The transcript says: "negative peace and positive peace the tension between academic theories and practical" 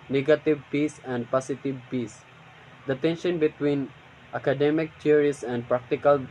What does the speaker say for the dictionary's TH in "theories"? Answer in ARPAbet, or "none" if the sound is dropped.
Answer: T